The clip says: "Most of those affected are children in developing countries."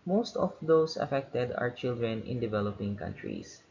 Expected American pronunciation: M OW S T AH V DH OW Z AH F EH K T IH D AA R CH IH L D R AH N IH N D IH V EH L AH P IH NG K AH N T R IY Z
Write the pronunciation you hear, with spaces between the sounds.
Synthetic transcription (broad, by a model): M OW S T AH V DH OW S AH F EH K T IH D AA R CH IH L D R AH N IH N D IH V EH L AH P IH NG K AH N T R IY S